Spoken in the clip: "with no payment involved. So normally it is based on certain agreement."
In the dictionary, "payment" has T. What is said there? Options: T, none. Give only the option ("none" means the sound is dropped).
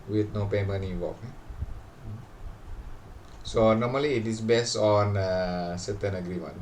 none